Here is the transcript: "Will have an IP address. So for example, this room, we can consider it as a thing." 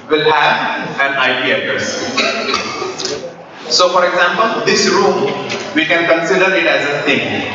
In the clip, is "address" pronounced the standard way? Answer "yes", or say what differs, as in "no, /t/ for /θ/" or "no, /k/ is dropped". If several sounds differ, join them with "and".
no, /ɹ/ is dropped